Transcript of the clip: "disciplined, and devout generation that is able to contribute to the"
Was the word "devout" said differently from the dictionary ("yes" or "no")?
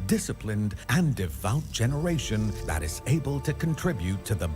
no